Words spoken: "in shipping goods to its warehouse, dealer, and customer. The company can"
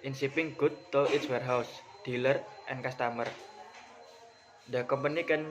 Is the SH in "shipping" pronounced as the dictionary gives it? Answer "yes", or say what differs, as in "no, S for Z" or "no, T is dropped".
no, S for SH